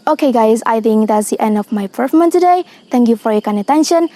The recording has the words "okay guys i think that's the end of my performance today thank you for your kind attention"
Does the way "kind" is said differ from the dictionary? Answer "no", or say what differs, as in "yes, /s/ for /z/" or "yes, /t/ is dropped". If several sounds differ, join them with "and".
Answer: yes, /d/ is dropped